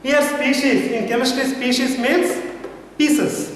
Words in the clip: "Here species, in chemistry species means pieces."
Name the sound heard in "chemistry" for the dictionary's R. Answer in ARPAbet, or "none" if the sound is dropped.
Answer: none